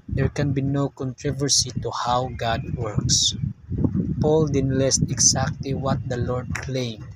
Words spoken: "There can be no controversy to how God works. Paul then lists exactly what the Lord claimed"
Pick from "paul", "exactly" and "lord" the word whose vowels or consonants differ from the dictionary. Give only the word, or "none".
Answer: exactly